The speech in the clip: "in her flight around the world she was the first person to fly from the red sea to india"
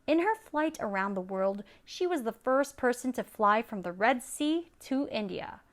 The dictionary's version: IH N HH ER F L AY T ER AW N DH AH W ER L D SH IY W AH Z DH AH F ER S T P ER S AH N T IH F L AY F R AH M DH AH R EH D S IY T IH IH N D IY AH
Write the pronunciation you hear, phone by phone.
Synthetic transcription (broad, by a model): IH N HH ER F L AY T ER AW N DH AH W ER L D SH IY W AH Z DH AH F ER S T P ER S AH N T IH F L AY F R AH M DH AH R EH D S IY T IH IH N D IY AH